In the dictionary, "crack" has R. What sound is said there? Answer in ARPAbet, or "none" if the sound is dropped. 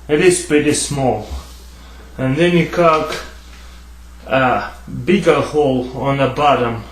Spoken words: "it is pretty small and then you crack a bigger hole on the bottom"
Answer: none